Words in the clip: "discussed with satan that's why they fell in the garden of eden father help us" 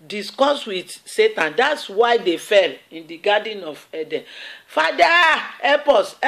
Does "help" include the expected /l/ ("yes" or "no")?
no